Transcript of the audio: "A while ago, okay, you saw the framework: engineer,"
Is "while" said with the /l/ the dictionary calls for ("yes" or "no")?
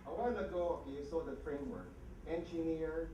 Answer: no